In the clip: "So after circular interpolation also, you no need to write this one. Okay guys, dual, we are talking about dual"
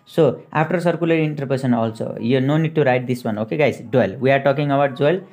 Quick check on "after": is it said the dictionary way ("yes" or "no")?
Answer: no